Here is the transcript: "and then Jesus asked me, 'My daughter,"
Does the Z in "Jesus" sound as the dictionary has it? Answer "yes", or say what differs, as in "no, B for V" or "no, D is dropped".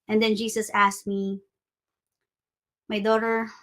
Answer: no, S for Z